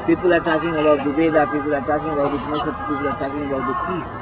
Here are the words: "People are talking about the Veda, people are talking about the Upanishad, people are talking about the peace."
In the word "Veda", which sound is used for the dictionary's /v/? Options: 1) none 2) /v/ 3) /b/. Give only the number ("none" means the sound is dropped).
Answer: 3